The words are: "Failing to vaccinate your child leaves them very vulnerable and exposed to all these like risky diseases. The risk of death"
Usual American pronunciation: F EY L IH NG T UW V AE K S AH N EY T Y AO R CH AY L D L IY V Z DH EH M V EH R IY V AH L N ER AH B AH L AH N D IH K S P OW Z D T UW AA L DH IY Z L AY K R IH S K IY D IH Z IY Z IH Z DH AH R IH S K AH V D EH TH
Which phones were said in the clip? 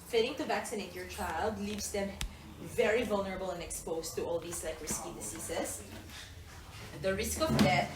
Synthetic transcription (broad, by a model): F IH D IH NG T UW V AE K S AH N EY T Y AO R CH AY L D L IY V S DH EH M V EH R IY V AH L N ER AH B AH L AH N D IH K S P OW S T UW AA L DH IY S L AY K R IH S K IY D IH S IY S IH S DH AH R IH S K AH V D EH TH